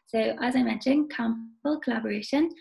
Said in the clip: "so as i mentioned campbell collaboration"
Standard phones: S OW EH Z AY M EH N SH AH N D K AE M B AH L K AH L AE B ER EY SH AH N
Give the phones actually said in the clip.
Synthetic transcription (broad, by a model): S OW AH Z AY M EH N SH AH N K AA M AH L K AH L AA B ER EY SH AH N